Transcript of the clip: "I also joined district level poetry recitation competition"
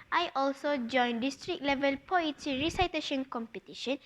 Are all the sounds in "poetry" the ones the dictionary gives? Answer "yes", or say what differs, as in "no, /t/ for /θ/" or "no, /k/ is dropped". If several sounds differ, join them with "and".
no, /ɹ/ is dropped